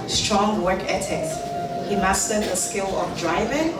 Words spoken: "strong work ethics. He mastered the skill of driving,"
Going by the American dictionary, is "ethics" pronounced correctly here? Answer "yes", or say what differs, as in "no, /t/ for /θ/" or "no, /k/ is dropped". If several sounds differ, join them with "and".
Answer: no, /t/ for /θ/